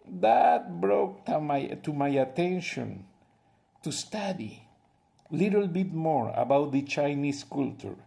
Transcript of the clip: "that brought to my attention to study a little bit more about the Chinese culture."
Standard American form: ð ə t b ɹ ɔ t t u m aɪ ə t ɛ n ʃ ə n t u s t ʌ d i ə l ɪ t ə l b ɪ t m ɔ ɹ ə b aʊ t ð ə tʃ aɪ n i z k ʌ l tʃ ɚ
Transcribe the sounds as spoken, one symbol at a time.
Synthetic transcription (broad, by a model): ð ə t b ɹ ɔ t t u m aɪ ə t ɛ n ʃ ə n t u s t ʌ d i l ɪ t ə l b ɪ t m ɔ ɹ ə b aʊ t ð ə tʃ aɪ n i s k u l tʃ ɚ